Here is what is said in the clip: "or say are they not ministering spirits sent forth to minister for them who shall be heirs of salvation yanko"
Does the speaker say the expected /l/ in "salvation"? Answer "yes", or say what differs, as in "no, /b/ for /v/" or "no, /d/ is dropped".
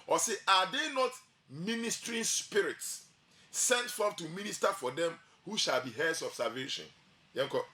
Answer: no, /l/ is dropped